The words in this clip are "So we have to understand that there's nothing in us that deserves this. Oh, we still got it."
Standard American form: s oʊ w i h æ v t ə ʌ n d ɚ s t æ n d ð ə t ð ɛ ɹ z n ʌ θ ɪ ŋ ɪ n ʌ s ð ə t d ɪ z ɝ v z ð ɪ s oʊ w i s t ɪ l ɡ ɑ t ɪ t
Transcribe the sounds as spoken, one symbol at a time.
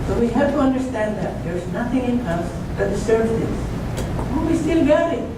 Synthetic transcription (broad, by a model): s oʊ w i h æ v t ə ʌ n d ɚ s t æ n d ð ə t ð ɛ ɹ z n ʌ θ ɪ ŋ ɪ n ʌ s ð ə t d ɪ s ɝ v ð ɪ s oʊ w i s t ɪ l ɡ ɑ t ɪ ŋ